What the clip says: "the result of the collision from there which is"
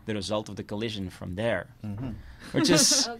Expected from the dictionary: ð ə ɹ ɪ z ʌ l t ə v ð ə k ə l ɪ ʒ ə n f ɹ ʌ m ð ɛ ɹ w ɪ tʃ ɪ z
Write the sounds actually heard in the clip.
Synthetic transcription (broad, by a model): ð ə ɹ ɪ z ʌ l t ə v ð ə k ə l ɪ ʒ ə n f ɹ ʌ m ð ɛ ɹ w ɪ tʃ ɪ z